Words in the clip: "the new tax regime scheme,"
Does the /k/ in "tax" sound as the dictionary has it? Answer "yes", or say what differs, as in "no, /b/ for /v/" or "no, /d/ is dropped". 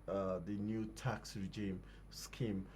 yes